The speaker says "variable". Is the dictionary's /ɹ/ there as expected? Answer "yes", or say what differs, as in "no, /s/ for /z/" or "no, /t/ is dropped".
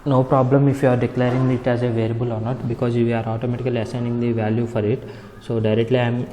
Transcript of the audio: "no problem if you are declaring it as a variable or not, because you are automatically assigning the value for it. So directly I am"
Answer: no, /l/ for /ɹ/